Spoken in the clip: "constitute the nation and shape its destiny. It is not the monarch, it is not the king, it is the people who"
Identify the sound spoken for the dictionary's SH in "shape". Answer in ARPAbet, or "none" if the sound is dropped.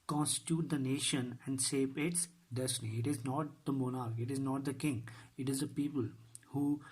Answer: S